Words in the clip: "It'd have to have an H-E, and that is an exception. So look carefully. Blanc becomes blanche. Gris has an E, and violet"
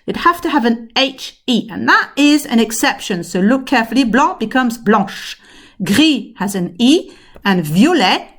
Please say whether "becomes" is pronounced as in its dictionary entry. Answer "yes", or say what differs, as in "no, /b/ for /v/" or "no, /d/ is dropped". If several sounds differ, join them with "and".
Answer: yes